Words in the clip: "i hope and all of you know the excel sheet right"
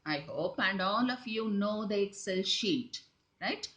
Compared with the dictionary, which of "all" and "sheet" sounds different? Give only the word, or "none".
none